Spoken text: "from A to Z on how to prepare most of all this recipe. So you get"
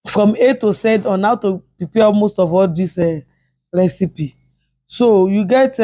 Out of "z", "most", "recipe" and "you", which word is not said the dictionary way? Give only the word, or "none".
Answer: z